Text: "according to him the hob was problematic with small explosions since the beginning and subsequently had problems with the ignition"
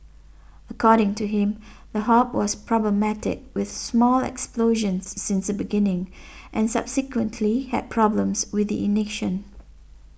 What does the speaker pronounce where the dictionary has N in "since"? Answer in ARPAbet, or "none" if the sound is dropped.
N